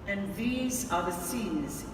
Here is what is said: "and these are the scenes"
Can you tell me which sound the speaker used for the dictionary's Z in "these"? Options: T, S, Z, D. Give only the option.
Z